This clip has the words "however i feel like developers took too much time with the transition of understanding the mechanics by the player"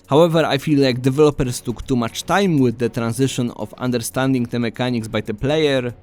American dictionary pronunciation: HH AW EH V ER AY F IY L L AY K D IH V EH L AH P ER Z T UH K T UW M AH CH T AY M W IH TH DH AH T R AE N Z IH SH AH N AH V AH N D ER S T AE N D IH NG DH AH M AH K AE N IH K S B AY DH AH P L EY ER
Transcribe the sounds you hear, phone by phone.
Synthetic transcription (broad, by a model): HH AW EH V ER AY F IY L L AY K D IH V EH L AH P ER S T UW K T UW M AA CH T AY M W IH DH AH T R AE N Z IH SH AH N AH F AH N D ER S T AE N D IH NG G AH M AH K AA N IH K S B AY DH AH P L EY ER